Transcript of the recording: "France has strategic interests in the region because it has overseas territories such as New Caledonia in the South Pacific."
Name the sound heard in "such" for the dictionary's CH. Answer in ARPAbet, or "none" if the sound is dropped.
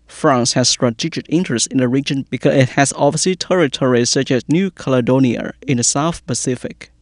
CH